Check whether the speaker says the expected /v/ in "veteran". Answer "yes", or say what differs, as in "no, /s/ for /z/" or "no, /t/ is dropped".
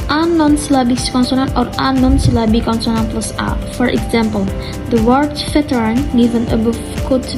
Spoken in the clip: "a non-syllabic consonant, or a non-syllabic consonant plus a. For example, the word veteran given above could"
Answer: no, /f/ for /v/